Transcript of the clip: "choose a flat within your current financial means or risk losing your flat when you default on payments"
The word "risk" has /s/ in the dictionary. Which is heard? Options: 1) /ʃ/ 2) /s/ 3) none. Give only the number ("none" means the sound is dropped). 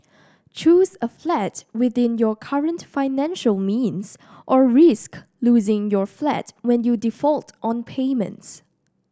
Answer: 2